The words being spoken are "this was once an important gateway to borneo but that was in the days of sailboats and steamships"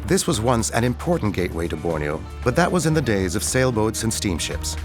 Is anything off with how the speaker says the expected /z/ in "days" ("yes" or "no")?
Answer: no